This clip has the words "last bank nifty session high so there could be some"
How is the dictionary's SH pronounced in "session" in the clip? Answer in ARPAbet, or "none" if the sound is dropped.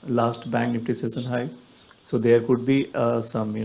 S